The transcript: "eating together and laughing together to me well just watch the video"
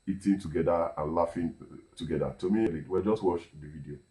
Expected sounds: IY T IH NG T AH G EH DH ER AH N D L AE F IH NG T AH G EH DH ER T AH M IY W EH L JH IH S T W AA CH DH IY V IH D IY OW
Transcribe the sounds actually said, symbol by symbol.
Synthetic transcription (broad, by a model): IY T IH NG T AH G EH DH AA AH N L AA F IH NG T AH G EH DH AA T AH M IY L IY W JH IH S T W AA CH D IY V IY D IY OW